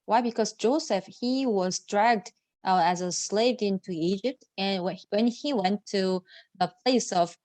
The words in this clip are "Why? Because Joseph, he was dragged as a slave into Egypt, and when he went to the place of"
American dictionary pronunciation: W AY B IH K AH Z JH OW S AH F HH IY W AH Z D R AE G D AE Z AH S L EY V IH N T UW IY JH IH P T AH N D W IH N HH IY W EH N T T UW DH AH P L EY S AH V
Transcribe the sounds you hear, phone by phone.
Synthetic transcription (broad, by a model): W AY B IH K AH Z JH OW S AH F HH IY W AH Z D R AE G D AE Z AH S L EY V IH N T UW IY JH IH P T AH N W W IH N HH IY W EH N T T UW DH AH P L EY S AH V